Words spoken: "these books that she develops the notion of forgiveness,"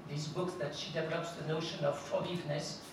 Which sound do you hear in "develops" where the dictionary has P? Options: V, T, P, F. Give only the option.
P